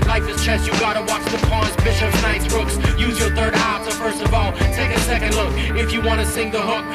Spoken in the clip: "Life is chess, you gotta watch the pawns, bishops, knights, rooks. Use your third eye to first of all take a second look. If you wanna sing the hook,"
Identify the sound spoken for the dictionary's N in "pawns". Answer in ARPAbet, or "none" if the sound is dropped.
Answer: none